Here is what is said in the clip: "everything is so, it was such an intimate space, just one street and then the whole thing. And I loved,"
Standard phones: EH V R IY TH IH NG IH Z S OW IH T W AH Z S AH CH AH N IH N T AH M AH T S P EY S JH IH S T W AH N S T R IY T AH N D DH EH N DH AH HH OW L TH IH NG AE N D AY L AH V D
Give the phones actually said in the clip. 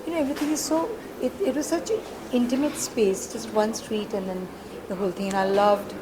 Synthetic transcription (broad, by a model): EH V R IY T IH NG IH Z S OW IH T W AH Z S AH CH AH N IH N T AH M AH T S P EY S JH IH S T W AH N S T R IY T AH N D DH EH N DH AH HH OW L T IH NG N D AY L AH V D